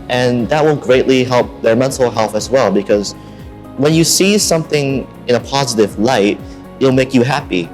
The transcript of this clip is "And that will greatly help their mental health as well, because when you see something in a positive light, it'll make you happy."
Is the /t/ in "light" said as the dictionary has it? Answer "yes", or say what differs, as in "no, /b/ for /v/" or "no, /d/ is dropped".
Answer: no, /t/ is dropped